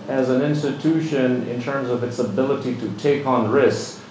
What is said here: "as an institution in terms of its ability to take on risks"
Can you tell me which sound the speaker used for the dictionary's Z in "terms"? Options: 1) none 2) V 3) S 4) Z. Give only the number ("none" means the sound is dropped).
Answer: 4